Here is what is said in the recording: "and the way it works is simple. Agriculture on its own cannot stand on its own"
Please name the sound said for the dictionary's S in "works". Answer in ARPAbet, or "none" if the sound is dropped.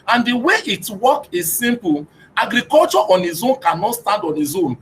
none